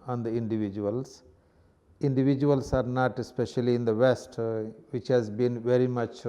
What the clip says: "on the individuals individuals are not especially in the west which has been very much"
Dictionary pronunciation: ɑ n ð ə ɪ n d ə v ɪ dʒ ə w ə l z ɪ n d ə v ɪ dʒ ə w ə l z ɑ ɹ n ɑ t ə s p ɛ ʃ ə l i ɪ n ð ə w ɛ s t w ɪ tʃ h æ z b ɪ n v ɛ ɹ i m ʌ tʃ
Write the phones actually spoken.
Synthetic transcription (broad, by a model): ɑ n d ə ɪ n d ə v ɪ dʒ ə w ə l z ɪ n d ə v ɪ dʒ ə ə l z ɑ ɹ n ɑ t ə s p ɛ ʃ ə l i ɪ n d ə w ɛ s t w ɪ tʃ h æ z b ɪ n v ɛ ɹ i m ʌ tʃ